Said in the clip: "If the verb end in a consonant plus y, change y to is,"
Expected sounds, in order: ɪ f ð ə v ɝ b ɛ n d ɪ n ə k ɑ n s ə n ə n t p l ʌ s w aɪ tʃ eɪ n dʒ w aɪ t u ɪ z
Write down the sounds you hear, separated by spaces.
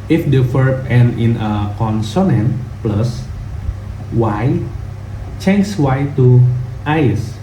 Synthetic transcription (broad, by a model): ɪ f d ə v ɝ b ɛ n ɪ n ə k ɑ n s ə n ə n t p l ʌ s w aɪ tʃ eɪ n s w aɪ t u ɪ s